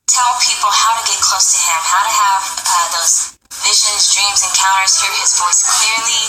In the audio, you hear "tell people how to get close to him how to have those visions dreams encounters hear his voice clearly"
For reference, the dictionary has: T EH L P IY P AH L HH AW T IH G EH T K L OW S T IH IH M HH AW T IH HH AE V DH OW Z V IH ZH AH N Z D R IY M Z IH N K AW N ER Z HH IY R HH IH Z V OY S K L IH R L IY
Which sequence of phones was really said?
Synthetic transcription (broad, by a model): T EH L P IY P L HH AW T IH G EH T K L OW S T IH IH M HH AW T IH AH V DH OW Z V IH ZH AH N Z D R IY M Z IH N K AW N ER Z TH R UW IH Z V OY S K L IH R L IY